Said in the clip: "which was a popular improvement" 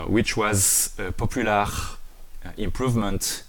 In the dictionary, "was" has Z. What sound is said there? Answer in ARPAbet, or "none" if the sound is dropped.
Z